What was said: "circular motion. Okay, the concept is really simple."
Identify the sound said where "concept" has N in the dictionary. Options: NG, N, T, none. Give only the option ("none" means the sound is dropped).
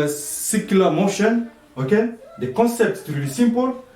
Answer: none